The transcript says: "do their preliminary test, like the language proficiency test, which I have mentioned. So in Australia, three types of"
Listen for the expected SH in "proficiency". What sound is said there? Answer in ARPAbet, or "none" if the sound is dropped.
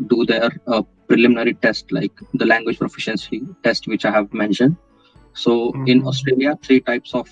SH